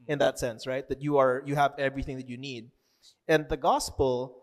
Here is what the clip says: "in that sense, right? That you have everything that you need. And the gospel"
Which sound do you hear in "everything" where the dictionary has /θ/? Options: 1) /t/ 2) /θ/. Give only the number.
2